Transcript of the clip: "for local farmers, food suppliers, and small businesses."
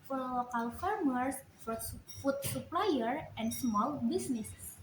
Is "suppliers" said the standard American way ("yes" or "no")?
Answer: no